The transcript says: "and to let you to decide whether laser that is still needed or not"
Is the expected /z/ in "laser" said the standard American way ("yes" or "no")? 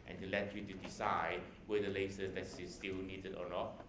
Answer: no